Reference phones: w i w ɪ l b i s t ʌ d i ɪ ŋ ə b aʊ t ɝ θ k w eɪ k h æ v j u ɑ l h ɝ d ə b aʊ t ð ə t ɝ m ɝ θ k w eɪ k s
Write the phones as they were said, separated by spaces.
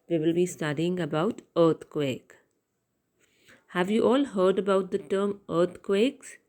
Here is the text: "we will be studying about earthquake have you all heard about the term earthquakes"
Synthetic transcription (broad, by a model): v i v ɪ l b i s t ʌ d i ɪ ŋ ə b aʊ t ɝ t k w eɪ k h æ v j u ɑ l h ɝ d ə b aʊ t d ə t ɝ m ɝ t k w eɪ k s